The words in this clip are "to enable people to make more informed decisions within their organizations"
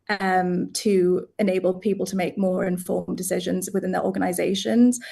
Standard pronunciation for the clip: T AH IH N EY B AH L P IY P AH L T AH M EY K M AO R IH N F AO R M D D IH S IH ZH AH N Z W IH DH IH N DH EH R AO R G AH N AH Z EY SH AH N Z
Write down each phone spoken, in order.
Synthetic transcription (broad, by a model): T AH IH N EY B AH L P IY P AH L T AH M EY K M AO R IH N F AO M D D IH S IH ZH AH N Z W IH DH IH N DH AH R AO G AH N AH Z EY SH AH N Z